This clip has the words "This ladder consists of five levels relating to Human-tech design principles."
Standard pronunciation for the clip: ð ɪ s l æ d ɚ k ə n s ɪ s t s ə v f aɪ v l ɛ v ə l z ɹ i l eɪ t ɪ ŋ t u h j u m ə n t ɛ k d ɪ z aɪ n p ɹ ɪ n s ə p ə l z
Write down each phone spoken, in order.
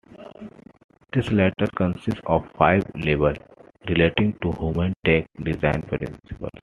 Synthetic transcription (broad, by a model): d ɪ s l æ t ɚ k ə n s ɪ s t s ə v f aɪ v l ɛ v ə l ɹ i l eɪ t ɪ ŋ t u h j u m ə n t ɛ k d ɪ z aɪ n p ɹ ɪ n s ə p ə l s